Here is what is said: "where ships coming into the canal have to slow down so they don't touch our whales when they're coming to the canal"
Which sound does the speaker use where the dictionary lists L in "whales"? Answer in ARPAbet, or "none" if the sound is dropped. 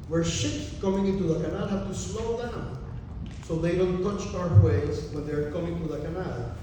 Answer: none